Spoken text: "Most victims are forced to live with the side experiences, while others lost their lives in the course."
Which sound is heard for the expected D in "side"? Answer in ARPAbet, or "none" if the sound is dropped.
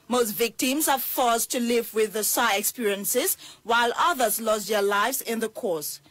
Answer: none